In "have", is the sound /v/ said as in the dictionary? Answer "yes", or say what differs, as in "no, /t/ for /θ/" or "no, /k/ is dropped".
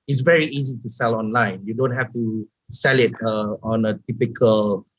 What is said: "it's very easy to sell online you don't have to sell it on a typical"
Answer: no, /f/ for /v/